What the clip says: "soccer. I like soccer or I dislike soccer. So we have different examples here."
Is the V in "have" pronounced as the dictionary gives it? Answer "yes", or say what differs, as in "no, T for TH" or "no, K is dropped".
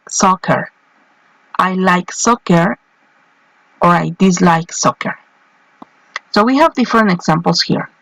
yes